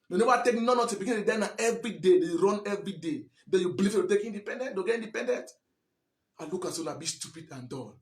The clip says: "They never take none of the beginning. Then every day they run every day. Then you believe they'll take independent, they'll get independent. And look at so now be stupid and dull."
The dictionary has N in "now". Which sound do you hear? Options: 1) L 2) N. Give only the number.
1